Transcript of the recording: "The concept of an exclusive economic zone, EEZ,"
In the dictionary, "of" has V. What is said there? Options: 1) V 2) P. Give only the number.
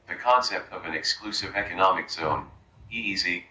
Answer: 1